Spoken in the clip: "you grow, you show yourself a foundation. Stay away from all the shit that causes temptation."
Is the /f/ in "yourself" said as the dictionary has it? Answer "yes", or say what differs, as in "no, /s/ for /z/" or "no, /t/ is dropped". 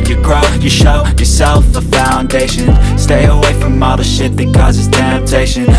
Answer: yes